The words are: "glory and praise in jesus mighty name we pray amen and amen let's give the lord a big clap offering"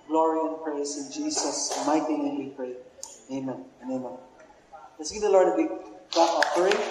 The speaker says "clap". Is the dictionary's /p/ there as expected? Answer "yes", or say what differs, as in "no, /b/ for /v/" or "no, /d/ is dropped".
no, /p/ is dropped